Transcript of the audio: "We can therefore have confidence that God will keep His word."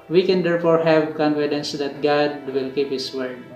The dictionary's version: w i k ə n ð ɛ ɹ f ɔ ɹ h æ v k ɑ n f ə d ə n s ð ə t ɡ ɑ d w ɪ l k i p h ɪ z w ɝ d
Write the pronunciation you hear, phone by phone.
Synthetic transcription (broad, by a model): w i k ə n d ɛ ɹ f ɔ ɹ h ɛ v k ɑ n f ə d ə n s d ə t ɡ ɑ d w ɪ l k i p h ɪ s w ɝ d